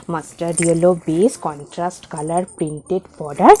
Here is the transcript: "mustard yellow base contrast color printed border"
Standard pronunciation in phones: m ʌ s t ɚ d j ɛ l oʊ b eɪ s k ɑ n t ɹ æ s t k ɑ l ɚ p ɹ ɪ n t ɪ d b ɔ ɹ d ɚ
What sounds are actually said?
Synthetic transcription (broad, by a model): m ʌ s t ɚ d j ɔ l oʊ b eɪ s k ɑ n t ɹ æ s t k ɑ l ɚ p ɹ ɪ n t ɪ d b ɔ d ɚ